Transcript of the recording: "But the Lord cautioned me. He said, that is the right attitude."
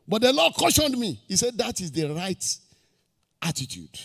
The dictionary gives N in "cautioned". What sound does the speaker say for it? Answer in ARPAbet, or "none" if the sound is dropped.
N